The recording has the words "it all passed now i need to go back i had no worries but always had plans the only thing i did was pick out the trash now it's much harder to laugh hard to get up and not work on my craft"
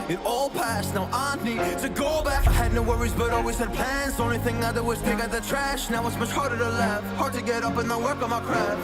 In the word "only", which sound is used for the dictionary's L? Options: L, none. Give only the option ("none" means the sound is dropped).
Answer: none